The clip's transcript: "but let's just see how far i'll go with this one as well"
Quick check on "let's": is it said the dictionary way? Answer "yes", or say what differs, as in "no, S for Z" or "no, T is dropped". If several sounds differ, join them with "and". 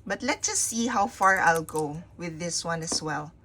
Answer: no, S is dropped